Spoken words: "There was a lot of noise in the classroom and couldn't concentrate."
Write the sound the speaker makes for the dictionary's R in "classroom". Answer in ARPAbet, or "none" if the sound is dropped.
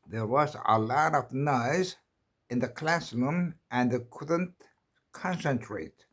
L